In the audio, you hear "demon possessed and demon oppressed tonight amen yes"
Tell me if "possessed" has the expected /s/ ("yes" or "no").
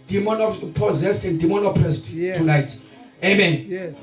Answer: yes